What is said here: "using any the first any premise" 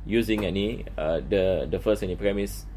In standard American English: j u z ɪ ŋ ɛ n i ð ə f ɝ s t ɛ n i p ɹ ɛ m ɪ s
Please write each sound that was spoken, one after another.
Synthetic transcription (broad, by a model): j u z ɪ ŋ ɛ n i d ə f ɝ s ɛ n i p ɹ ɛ m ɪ s